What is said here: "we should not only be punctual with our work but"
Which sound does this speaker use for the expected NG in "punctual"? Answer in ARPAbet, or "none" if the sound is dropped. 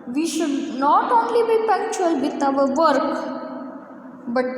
none